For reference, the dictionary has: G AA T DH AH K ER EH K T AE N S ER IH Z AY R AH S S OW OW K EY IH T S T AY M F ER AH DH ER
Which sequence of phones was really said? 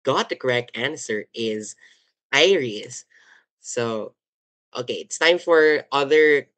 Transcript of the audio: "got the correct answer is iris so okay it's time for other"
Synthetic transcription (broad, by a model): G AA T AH K ER EH K T AE N S ER IH Z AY R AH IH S OW OW K EY IH T S T AY M F ER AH DH ER